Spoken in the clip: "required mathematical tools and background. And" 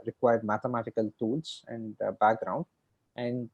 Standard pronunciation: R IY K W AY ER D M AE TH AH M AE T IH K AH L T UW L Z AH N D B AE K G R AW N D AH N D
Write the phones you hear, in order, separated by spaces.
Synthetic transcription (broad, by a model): R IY K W AY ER D M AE T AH M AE T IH K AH L T UW L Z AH N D B AE K G R AW N D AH N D